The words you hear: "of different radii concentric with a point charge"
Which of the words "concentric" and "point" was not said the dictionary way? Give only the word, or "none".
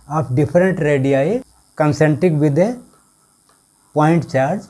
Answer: concentric